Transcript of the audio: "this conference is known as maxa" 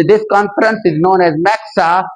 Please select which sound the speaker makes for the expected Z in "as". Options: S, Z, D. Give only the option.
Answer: Z